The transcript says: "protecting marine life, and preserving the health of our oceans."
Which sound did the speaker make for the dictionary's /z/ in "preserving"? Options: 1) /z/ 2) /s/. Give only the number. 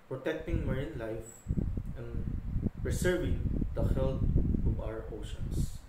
2